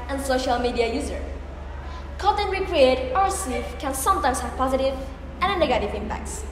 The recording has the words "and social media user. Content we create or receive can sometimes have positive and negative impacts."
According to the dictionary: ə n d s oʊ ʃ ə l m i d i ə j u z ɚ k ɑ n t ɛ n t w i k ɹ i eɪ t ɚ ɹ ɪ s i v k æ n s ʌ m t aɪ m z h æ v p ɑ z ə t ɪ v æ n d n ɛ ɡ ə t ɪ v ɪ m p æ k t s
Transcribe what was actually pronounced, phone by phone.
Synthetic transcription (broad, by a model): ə n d s oʊ ʃ ə l m i d i ə j u z ɚ k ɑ t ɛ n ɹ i k ɹ i eɪ t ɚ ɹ s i f k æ n s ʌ m t aɪ m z h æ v p ɑ z ə t ɪ v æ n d n ɛ ɡ ə t ɪ v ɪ m p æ k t s